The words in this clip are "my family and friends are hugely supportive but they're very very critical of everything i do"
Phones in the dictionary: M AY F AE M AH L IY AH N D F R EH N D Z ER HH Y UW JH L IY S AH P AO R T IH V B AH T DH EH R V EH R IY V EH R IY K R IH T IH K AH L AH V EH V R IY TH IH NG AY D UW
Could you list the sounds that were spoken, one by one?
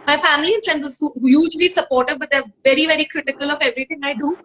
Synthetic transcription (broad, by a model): M AY F AE M AH L IY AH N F R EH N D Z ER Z Y UW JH L IY S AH P AO R T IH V B AH T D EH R V EH R IY V EH R IY K R IH T IH K AH L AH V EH V R IY T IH NG AY D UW